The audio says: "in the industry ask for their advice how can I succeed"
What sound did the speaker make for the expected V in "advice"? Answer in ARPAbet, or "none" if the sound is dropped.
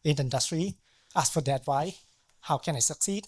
W